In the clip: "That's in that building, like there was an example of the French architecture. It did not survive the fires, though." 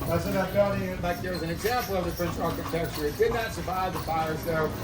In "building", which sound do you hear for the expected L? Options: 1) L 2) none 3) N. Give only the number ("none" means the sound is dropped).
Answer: 2